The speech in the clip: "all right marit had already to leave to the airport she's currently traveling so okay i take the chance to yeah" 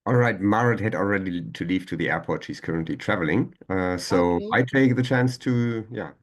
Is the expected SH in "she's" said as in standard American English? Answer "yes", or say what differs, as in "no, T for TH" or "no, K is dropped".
yes